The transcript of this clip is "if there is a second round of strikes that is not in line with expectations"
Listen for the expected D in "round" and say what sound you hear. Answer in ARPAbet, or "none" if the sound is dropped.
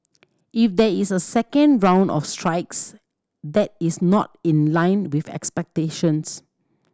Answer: D